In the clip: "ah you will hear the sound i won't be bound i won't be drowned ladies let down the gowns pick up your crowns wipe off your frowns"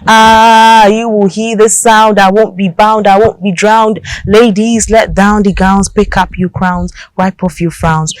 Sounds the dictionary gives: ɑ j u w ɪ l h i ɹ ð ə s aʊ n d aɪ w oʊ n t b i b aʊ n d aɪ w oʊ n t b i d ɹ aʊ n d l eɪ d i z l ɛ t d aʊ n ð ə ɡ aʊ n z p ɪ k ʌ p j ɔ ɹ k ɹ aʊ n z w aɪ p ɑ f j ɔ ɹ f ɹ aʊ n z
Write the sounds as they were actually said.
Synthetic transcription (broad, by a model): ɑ j u w ɪ l h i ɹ ð ə s aʊ n d aɪ w oʊ n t b i b aʊ n d aɪ w oʊ n t b i d ɹ aʊ n d l eɪ d i z l ɛ t d aʊ n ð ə ɡ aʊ n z p ɪ k ʌ p j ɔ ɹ k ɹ aʊ n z w aɪ p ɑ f j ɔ f ɹ aʊ n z